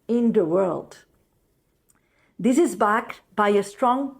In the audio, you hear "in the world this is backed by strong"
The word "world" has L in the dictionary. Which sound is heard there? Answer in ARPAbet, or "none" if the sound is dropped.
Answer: L